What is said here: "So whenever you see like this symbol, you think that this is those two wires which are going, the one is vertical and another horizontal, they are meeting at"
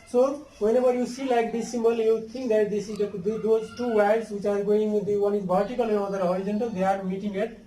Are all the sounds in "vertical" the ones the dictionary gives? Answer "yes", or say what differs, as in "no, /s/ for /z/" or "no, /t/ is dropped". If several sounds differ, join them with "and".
no, /b/ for /v/